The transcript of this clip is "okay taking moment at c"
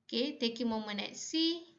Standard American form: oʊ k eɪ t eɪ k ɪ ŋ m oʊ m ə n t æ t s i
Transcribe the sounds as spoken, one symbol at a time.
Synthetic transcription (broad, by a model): k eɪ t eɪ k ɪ m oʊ m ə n ɛ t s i